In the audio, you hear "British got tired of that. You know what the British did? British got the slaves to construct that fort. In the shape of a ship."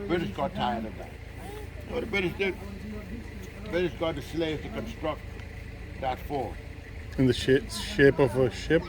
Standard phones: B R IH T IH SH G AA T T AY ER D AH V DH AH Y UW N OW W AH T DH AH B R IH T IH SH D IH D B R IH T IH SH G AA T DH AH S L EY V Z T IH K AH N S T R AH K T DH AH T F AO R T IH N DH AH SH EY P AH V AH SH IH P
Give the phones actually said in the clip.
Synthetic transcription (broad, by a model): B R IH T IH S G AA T T AY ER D AH V DH AH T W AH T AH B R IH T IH S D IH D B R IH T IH S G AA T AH S L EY Z T IH K AH N S T R AH K T DH AH T F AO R IH N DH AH SH EY P AH V AH SH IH P